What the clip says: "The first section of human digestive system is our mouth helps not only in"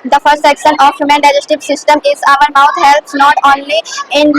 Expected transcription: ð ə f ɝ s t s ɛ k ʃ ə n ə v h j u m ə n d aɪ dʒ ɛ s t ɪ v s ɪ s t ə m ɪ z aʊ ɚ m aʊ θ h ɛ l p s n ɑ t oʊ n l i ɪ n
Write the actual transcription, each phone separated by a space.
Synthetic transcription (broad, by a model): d ə f ɝ s t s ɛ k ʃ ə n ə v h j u m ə n d aɪ dʒ ɛ s t ɪ v s ɪ s t ə m ɪ z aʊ ɚ m aʊ t h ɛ l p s n ɑ t oʊ n l i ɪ n